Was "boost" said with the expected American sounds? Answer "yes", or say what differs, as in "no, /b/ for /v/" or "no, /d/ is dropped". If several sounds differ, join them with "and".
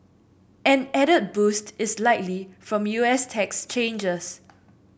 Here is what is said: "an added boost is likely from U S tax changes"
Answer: yes